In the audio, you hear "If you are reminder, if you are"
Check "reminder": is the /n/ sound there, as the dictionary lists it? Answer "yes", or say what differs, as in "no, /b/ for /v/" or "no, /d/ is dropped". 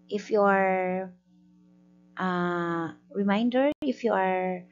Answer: yes